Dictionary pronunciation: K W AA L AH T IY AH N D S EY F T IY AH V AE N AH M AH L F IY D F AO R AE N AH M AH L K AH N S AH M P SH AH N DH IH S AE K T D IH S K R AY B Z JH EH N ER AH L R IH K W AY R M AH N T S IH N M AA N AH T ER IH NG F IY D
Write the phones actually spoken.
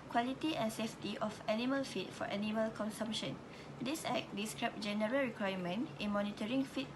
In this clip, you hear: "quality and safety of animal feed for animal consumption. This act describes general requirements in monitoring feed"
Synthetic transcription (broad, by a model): K W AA L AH T IY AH N S EY F T IY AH F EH N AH M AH L F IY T F AO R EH N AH M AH L K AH N S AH M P SH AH N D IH S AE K D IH S K R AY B JH EH N ER AH L R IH K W AY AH M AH N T IH N M AA N AH T ER IH NG F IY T